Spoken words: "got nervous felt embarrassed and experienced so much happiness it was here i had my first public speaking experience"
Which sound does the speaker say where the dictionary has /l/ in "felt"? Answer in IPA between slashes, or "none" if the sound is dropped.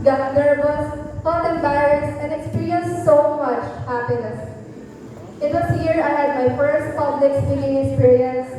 none